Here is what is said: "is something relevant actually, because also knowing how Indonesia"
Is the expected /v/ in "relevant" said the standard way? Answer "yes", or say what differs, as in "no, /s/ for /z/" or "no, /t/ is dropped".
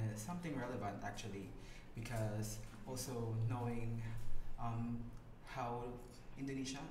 yes